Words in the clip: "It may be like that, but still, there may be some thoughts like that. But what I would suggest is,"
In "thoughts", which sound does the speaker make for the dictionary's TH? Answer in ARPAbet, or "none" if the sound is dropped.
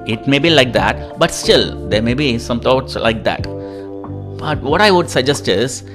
T